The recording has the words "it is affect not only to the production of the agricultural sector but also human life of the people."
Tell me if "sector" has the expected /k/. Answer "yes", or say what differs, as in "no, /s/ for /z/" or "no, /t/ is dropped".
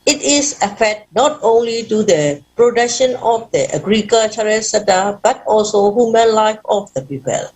no, /k/ is dropped